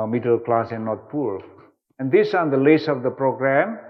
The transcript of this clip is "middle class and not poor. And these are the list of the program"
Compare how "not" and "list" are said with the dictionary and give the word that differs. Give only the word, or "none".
list